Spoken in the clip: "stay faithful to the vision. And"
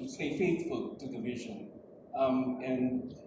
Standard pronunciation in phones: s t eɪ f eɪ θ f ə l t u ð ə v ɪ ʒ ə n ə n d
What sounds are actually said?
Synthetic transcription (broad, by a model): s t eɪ f eɪ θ f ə l t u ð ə v ɪ ʒ ə n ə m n